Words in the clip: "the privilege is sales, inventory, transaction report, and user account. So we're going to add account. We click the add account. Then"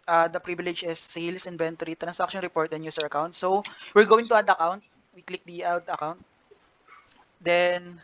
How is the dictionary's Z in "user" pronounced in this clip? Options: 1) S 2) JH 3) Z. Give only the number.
1